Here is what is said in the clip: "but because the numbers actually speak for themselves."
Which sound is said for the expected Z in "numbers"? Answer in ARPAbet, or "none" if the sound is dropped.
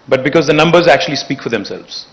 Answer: Z